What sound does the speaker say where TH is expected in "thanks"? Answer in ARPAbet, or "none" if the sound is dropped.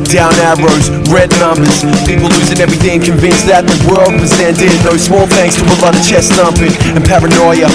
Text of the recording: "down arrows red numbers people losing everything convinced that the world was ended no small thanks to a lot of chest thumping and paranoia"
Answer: TH